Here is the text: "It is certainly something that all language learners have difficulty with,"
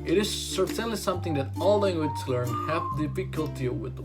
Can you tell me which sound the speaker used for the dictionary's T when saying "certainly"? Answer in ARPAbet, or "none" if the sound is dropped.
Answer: S